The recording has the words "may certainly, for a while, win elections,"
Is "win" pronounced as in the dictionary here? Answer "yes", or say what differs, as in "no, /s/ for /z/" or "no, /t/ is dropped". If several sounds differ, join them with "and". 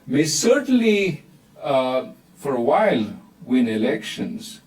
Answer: yes